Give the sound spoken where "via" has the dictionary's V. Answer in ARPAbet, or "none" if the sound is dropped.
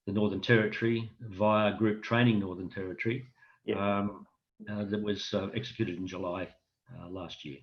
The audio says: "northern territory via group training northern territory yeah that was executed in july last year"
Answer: V